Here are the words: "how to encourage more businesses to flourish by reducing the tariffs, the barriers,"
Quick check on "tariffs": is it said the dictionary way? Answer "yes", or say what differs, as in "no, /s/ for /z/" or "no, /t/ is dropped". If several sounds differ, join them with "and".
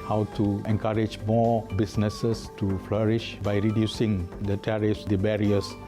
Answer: yes